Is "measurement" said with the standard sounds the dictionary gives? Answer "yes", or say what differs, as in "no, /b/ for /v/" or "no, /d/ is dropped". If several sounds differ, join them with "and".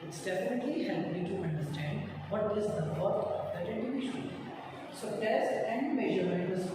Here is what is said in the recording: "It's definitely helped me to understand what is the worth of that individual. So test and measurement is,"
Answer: no, /m/ is dropped and /t/ is dropped